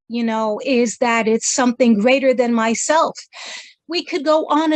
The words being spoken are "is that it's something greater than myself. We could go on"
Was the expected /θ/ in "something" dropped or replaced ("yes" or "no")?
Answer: no